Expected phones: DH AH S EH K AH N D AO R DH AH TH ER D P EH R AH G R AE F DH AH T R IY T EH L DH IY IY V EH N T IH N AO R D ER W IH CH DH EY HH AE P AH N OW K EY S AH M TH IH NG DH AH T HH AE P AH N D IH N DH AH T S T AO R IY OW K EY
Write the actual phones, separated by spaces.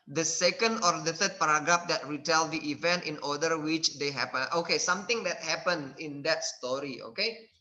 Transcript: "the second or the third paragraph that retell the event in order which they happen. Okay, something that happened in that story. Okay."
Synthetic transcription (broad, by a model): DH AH S EH K AH N D AO R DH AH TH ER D P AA R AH G R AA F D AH T R IY T EH L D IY IY V EH N T IH N AO D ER W IH CH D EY HH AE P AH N OW K EY S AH M T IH NG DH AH T HH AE P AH N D IH N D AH T S T AO R IY OW K EY